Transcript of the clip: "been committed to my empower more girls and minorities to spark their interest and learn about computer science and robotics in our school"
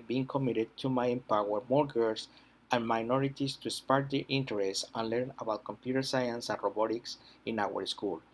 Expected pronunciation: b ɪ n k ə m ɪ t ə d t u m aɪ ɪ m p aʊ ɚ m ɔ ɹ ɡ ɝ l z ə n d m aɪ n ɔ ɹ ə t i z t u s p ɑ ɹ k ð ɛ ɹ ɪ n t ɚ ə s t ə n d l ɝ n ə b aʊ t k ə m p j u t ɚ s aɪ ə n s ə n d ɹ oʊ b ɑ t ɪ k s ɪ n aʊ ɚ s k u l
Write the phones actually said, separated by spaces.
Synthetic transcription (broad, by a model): b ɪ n k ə m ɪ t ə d t u m aɪ ɪ m p aʊ ɚ m ɔ ɹ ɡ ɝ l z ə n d m aɪ n ɔ ɹ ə t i s t u s p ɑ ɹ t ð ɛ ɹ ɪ n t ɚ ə s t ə n l ɝ n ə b aʊ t k ə m p j u t ɚ s aɪ ə n s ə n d ɹ oʊ b ɑ t ɪ k s ɪ n aʊ ɚ s k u l